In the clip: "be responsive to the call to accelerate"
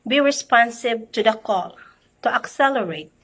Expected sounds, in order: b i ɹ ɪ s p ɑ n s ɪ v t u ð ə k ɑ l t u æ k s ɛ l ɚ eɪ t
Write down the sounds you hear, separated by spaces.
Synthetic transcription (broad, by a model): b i ɹ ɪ s p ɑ n s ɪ b t u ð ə k ɑ l t u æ k s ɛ l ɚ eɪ t